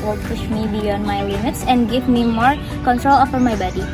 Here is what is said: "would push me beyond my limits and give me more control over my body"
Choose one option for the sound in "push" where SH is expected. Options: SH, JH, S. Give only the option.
SH